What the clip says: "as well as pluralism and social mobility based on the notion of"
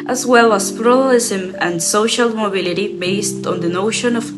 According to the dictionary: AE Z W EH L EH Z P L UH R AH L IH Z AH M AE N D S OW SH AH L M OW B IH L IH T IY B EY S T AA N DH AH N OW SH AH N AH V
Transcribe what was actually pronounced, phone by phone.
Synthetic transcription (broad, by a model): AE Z W EH L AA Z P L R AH L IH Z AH M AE N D S OW SH AH L M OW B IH L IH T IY B EY S T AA N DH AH N OW SH AH N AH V